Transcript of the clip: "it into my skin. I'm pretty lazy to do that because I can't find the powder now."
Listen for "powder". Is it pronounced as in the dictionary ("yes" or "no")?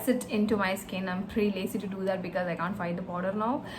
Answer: no